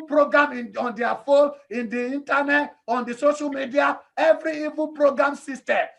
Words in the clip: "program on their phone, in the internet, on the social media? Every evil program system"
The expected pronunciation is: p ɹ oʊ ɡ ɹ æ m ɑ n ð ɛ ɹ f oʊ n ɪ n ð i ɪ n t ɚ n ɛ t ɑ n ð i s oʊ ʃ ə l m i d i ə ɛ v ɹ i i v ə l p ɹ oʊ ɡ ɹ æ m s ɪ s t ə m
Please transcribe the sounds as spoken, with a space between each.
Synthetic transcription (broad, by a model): p ɹ oʊ ɡ ɹ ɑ m ɑ n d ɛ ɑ f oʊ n ɪ n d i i n t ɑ n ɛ t ɑ n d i s oʊ ʃ ə l m i d i ə ɛ v ɹ i i v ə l p ɹ oʊ ɡ ɹ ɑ m s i s t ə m